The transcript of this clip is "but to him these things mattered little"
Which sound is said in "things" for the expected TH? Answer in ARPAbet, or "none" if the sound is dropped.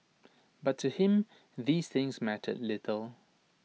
TH